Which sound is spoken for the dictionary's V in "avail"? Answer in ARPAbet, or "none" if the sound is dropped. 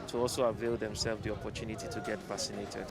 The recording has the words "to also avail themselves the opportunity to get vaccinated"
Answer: V